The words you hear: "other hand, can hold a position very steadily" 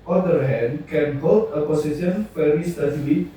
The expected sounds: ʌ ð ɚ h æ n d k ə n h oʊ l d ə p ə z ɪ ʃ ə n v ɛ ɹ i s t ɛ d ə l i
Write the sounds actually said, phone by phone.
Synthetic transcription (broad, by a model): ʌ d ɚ h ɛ n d k ə n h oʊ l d ə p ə s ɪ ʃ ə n f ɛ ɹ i s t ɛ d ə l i